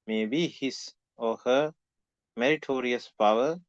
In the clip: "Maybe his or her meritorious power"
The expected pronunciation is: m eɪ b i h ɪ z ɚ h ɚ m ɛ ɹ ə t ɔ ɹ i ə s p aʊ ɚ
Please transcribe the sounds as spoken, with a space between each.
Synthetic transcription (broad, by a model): m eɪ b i h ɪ s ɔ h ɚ m ɛ ɹ ə t ɔ ɹ i ə s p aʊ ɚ